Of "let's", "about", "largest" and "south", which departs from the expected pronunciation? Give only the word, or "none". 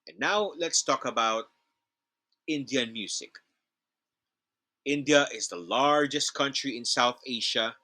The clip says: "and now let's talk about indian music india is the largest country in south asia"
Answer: none